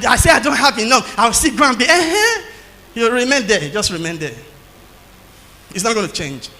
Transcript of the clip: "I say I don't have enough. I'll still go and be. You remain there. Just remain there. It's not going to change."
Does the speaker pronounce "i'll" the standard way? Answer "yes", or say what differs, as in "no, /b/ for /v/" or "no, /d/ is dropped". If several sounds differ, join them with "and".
no, /w/ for /l/